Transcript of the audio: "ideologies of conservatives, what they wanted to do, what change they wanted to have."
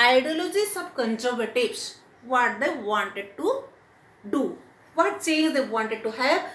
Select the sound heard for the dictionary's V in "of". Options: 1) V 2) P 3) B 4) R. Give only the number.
3